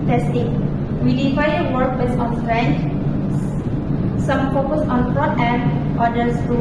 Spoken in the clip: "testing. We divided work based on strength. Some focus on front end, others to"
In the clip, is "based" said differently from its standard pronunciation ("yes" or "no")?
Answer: yes